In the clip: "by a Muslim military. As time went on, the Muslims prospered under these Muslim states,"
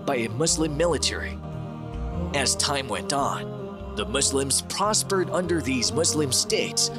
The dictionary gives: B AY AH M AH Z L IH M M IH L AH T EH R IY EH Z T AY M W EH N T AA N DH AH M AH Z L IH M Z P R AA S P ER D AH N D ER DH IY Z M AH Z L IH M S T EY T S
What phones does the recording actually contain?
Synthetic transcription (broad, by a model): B AY AH M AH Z L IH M M IH L AH T EH R IY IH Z T AY M W EH N T N DH AH M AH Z L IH M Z P R AA S P ER D AH N D ER DH IY Z M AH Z L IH M S T EY T S